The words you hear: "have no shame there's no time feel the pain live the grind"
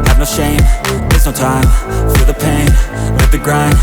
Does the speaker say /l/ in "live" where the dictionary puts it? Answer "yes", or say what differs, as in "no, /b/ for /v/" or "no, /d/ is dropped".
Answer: no, /n/ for /l/